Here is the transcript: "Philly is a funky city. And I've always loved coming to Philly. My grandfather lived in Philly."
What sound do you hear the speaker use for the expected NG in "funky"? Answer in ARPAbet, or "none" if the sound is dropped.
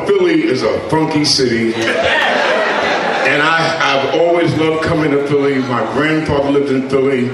NG